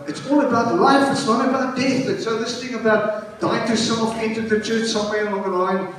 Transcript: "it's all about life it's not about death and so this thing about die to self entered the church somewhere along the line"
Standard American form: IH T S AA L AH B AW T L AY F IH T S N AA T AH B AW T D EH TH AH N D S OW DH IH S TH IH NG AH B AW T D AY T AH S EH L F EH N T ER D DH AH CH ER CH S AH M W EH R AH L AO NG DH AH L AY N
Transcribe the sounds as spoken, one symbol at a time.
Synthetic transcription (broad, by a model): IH T S AA L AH B AW T L AY F IH T S N AA T AH B AW T D EH TH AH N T S OW DH IH S TH IH NG AH B AW T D AY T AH S EH L F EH N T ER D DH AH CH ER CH S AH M W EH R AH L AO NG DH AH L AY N